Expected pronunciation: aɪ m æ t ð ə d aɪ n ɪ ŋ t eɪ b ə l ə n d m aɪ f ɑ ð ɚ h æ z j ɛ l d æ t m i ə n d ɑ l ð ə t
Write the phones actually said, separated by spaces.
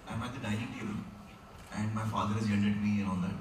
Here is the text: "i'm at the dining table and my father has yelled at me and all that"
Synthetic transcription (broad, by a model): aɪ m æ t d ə d aɪ ɪ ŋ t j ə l ə n d m aɪ f ɑ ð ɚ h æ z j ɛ n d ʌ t m i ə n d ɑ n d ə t